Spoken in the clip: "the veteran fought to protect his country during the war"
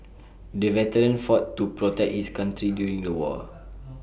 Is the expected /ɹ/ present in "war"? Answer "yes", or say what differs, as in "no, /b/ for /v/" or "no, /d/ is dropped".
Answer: no, /l/ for /ɹ/